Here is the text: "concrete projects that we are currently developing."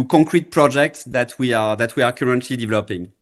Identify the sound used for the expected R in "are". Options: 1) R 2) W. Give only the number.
2